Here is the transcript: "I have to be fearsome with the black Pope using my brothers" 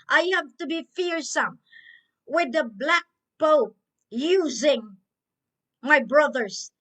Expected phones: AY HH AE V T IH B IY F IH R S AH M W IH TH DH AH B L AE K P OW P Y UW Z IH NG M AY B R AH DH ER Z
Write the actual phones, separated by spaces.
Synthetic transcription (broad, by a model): AY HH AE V T IH B IY F IH R S AH M W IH DH AH B L AE K B OW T Y UW Z IH NG M AY B R AH DH ER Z